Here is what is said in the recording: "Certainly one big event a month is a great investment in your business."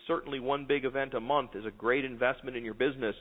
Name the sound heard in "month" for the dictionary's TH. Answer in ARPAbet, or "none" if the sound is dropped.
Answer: TH